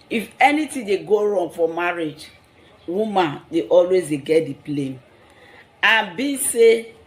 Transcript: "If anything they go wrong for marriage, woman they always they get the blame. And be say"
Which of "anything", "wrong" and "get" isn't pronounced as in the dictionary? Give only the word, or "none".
anything